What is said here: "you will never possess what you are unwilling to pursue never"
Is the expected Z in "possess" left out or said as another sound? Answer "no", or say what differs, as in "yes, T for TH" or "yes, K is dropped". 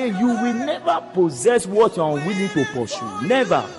no